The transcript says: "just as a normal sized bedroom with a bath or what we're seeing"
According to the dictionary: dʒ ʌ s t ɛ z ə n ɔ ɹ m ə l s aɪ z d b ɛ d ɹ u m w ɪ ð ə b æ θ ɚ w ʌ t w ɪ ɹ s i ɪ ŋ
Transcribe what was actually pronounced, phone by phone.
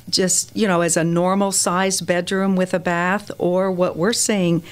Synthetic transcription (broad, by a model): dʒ ʌ s t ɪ z ə n ɔ ɹ m l s aɪ z b ɛ d ɹ u m w ɪ ð ə b æ θ ɚ w ʌ t w ɪ ɹ s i ɪ ŋ